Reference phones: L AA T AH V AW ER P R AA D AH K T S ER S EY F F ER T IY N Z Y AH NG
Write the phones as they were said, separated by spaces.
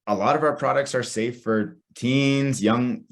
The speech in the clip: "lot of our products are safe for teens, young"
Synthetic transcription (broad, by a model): L AA T AH V AW ER P R AA D AH K T S ER S EY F F ER T IY N Z Y AH NG